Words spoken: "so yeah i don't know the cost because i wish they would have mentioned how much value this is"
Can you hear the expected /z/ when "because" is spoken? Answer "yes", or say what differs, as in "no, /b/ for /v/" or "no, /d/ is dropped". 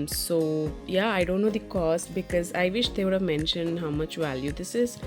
yes